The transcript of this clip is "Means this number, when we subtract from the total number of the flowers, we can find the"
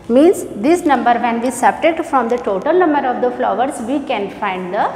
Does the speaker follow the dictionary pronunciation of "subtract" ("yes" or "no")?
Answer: no